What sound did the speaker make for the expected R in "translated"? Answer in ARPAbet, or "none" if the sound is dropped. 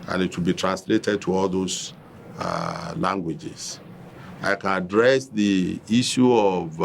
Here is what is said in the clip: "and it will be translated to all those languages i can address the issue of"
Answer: R